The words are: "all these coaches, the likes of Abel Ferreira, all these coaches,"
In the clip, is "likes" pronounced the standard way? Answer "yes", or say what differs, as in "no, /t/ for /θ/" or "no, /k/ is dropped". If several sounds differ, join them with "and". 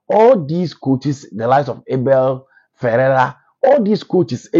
no, /k/ is dropped